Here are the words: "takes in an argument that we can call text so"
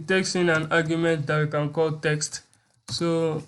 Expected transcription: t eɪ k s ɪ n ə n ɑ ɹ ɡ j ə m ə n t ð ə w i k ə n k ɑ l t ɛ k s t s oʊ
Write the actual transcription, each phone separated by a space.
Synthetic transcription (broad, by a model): t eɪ k s ɪ n ə n ɑ ɹ ɡ j ə m ə n t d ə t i k ə n k ɑ l t ɛ k s t s oʊ